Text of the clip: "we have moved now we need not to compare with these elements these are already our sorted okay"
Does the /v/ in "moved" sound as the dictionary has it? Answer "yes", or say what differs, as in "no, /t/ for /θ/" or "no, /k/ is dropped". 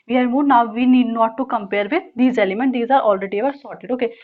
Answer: no, /v/ is dropped